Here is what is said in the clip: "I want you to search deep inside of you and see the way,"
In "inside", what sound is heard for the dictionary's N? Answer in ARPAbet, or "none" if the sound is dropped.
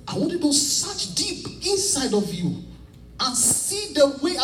N